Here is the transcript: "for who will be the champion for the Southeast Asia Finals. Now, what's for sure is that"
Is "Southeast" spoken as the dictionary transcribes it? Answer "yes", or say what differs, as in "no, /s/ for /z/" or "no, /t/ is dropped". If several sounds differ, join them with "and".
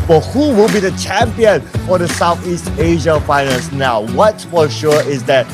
yes